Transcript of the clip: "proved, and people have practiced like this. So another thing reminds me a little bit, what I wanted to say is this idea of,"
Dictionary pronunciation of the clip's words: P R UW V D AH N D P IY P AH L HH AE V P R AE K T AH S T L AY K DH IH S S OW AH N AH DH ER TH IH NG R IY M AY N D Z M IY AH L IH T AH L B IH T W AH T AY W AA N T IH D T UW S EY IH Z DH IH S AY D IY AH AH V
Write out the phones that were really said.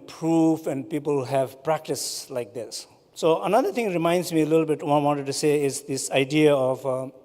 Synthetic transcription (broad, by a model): P R UW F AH N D P IY P AH L HH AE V P R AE K T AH S L AY K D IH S S OW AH N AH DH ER T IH NG R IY M AY N D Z M IY AH L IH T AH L B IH T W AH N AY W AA N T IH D T UW S EY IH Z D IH S AY D IY AH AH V